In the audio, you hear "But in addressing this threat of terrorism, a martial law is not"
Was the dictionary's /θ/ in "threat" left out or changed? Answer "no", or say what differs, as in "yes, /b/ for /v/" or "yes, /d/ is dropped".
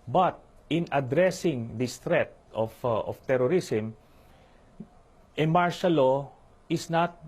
yes, /t/ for /θ/